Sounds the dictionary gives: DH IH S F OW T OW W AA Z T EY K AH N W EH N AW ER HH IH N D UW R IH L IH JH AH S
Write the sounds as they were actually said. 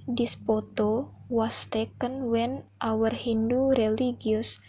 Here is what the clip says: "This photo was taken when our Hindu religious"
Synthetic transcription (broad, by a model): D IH S P OW T OW W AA S T EY K AH N W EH N AW ER HH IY N D UW R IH L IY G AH S